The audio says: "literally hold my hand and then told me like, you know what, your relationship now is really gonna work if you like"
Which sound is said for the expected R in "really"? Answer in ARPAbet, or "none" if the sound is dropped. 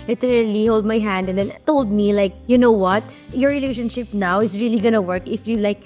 R